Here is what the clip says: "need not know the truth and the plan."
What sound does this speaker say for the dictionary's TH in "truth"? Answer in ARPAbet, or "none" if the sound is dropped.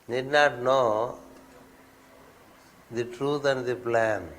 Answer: T